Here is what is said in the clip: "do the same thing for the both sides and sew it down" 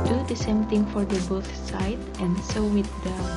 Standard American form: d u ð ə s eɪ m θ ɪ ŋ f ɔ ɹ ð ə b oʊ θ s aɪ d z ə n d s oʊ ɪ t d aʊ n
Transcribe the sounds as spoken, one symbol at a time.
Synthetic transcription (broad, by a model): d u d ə s eɪ m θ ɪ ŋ f ɔ ɹ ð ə b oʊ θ s aɪ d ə n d s oʊ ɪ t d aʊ